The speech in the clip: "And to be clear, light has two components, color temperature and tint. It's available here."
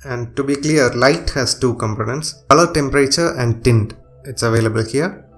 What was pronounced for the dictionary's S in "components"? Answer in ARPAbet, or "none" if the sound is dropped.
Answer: S